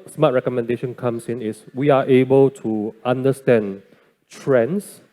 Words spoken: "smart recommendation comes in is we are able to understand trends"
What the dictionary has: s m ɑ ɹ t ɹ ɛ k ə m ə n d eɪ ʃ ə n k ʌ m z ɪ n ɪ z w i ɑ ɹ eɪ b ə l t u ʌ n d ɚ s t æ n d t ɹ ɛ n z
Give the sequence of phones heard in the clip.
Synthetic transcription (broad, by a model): s m ɑ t ɹ ɛ k ə m ə n d eɪ ʃ ə n k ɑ m s ɪ n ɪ s w i ɑ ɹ eɪ b ə l t u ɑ n d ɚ s t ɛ n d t ɹ ɛ n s